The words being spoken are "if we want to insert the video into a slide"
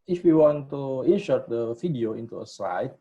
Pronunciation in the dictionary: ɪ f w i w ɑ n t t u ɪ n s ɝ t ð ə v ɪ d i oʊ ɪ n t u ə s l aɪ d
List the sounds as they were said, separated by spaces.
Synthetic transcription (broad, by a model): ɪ f w i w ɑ n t t u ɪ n ʃ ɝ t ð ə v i d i oʊ ɪ n t u ə s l aɪ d